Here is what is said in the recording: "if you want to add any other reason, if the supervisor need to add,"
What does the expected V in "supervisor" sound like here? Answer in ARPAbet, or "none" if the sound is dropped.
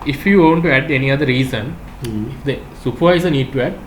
none